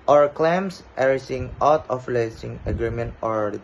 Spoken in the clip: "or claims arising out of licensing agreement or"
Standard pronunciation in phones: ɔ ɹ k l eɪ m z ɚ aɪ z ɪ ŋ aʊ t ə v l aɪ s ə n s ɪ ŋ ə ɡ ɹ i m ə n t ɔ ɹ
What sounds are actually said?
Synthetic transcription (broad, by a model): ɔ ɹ k l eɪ m s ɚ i s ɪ ŋ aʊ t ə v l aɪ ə s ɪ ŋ ə ɡ ɹ i m ə n t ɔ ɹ